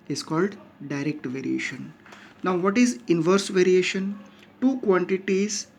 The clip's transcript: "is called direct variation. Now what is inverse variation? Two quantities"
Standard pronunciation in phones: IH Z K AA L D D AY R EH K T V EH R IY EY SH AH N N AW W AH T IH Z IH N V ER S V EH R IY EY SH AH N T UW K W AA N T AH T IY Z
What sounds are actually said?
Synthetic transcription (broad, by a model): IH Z K AA L D D AY R EH K T V EH R IY EY SH AH N N AW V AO T IH Z IH N V ER S V EH R IY EY SH AH N T UW K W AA N T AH T IY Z